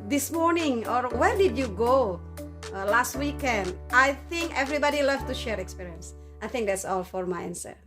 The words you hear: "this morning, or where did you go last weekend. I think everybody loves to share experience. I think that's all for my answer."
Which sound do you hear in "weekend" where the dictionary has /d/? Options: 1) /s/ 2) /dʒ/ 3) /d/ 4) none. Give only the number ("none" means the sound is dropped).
3